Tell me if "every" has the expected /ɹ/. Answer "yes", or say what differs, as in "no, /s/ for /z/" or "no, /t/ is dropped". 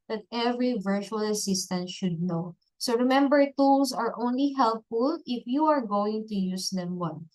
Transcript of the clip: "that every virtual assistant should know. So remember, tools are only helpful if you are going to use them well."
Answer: yes